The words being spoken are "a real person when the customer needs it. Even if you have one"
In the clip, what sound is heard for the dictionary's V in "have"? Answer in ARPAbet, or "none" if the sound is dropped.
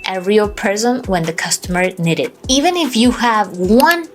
V